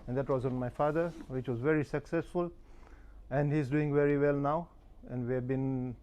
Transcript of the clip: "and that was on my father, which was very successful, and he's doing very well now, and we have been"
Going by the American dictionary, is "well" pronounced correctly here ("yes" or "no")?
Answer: yes